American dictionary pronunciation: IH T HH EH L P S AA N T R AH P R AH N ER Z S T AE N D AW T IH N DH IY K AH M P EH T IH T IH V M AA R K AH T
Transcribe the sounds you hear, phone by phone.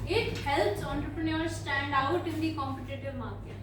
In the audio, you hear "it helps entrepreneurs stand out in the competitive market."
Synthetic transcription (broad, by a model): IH T HH EH L P S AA N T R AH P R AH N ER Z S T AE N D AW T IH N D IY K AH M P EH T IH T IH V M AA R K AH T